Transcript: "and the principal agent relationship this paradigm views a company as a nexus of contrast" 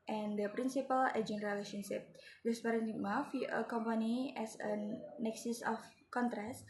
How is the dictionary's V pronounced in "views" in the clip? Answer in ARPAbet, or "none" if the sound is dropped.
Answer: F